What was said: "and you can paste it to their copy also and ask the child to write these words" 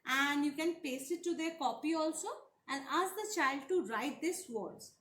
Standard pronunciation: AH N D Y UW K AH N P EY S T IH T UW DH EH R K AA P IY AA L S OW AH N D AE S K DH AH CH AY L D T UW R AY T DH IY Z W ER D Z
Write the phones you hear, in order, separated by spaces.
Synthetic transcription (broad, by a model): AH N D Y UW K AH N P EY S IH T UW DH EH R K AA P IY AA L S OW AH N D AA S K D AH CH AY L D T UW R AY T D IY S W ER D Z